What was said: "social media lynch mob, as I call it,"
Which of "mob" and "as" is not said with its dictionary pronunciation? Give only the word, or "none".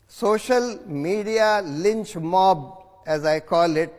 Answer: none